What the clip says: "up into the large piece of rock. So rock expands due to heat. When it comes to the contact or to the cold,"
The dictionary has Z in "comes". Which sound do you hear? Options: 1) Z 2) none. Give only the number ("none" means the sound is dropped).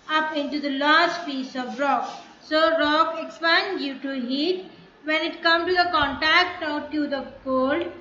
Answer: 2